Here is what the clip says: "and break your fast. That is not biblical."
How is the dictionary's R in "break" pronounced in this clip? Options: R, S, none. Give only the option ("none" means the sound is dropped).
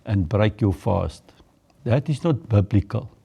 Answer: R